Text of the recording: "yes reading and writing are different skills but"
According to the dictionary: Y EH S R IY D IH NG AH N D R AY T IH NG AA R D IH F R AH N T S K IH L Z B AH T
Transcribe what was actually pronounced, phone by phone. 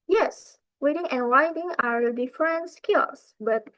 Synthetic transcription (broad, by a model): Y EH S W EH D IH NG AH N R AY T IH NG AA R D IH F R AH N T S K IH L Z B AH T